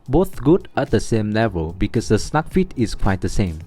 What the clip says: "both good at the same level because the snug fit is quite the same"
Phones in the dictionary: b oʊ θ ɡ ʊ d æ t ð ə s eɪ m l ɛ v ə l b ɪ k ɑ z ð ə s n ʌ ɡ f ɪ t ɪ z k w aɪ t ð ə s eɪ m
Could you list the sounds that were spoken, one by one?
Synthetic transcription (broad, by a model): b oʊ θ ɡ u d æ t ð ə s eɪ m l ɛ v ə l b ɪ k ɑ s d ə s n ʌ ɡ f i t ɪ s k w aɪ t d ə s eɪ m